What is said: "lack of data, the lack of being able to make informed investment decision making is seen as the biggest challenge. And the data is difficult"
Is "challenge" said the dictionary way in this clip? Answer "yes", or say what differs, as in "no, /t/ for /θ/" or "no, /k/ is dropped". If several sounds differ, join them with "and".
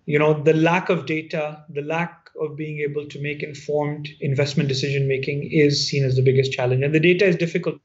yes